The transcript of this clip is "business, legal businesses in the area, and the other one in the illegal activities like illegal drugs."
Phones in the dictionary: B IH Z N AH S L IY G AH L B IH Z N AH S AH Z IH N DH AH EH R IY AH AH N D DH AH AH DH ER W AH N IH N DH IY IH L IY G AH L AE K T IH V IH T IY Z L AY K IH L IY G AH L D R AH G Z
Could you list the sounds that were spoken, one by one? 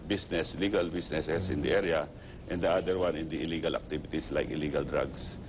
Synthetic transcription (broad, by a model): B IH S N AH S L IY G AH L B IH S N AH S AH S IH N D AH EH R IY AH AH N D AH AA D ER W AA N IH N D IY IH L IY G AH L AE K T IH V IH T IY S L AY K IH L IY G AH L D R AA G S